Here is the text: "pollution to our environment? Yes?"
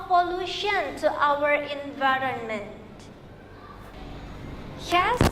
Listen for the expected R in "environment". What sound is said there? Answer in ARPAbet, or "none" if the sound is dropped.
R